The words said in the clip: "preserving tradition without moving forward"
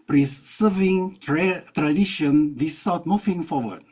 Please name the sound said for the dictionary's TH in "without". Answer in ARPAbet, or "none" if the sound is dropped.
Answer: S